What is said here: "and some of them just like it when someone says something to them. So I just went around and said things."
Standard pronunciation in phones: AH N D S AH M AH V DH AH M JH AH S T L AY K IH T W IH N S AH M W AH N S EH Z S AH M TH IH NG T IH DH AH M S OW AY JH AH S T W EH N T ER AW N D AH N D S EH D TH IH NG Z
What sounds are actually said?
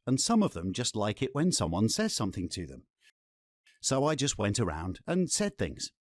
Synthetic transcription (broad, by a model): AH N S AH M AH V DH AH M JH AH S T L AY K IH T W IH N S AH M W AH N S EH Z S AH M TH IH NG T IH DH AH M S OW AY JH AH S T W EH N T ER AW N D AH N S EH D TH IH NG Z